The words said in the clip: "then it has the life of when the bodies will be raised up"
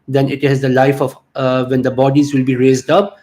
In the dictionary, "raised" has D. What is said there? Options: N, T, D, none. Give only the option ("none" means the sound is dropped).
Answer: D